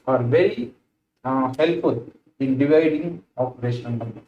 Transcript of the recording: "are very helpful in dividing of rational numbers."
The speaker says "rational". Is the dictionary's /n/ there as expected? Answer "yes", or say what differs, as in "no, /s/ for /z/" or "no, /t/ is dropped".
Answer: no, /n/ is dropped